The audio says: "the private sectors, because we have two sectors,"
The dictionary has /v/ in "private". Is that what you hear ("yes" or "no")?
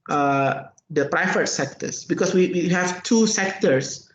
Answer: no